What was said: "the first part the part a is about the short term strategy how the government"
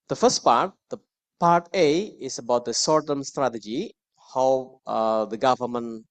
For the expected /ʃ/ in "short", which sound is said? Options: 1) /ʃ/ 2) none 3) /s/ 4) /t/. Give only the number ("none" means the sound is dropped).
3